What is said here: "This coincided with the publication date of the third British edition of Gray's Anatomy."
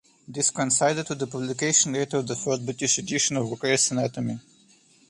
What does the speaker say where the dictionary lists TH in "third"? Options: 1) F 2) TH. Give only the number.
1